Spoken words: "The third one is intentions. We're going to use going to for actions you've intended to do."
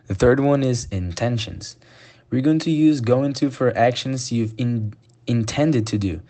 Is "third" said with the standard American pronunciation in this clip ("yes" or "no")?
yes